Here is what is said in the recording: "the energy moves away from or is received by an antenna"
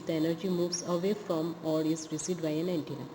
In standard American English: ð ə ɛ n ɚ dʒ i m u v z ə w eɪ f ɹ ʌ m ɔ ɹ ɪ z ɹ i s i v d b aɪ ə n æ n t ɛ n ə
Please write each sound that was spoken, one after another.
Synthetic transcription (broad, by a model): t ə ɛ n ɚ dʒ i m u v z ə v eɪ f ɹ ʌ m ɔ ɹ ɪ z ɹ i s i d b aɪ ə n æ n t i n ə